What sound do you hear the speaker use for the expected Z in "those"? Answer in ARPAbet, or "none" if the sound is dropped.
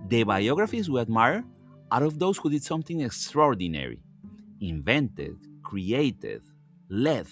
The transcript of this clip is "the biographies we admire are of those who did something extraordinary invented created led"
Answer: S